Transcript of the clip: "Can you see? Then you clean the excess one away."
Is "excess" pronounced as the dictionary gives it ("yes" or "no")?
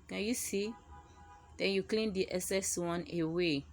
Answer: no